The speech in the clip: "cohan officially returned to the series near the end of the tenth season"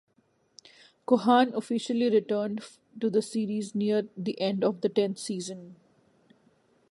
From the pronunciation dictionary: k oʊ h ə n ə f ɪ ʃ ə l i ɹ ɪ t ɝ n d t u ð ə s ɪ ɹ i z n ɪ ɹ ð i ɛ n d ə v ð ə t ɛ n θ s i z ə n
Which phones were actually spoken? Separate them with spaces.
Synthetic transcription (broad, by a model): k oʊ h ə n ə f ɪ ʃ ə l i ɹ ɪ t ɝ n d t u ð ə s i ɹ i z n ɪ ɹ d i ɛ n d ə v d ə t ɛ n t s i z ə n